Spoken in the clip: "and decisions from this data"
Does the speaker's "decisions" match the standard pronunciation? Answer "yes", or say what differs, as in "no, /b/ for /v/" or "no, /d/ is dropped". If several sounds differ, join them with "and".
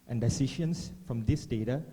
no, /ʃ/ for /ʒ/ and /s/ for /z/